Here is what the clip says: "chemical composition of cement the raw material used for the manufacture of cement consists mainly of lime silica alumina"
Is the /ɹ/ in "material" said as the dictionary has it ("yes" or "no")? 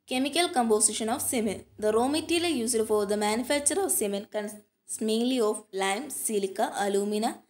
no